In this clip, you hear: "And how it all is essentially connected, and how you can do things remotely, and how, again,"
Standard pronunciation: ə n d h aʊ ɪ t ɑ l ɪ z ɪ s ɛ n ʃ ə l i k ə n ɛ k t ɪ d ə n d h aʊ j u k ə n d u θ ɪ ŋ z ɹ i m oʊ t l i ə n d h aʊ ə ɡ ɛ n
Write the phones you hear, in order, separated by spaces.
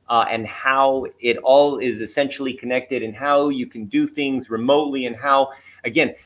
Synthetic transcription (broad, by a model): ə n h aʊ ɪ t ɑ l ɪ z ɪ s ɛ n ʃ l i k ə n ɛ k t ɪ d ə n h aʊ j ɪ k n d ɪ θ ɪ ŋ z ɹ i m oʊ t l i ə n h aʊ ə ɡ ɛ n